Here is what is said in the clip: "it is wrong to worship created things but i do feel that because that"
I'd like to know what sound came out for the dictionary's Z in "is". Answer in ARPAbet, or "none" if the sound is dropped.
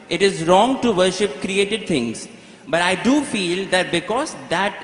Z